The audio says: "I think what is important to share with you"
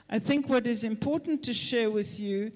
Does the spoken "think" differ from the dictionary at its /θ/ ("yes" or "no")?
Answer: no